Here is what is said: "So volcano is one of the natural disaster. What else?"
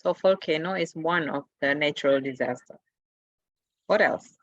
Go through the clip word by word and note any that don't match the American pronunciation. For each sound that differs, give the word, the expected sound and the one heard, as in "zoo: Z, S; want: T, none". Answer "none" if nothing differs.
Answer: volcano: V, F